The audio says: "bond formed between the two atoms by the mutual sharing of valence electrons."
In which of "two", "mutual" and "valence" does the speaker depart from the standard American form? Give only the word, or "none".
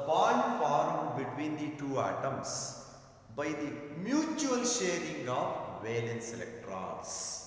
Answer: none